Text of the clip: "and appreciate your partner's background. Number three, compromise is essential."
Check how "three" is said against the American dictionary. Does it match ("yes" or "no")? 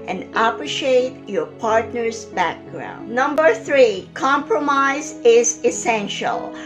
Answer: yes